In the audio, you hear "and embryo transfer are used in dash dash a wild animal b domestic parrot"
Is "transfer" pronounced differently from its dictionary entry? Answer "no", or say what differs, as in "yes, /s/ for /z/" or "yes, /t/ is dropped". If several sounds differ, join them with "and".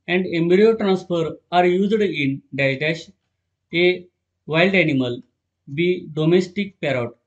no